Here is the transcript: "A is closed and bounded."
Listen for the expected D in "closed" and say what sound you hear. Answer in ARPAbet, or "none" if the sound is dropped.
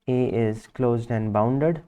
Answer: D